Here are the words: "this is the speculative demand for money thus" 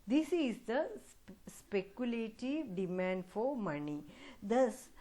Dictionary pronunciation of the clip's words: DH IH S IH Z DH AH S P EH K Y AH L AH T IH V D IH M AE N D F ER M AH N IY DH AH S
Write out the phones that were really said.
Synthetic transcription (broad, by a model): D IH S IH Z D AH S P EH K Y AH L AH T IH V D IH M AE N D F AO M AH N IY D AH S